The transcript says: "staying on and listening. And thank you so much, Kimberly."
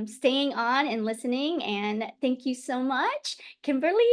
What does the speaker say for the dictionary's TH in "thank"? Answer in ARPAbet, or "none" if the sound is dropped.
TH